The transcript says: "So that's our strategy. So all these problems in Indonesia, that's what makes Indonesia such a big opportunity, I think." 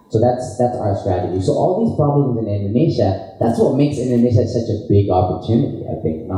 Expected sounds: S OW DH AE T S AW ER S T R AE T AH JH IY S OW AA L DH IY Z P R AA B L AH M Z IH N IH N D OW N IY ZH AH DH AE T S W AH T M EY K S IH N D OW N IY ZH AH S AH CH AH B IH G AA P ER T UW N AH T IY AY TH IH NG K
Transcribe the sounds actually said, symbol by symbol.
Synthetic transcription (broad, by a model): S OW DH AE T S AW ER S T R AE T AH JH IY S OW AA L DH IY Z P R AA B L AH M Z IH N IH N D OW N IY SH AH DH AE T S W AH T M EY K S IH N D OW N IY SH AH S AH CH AH B IH G AA P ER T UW N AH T IY AY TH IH NG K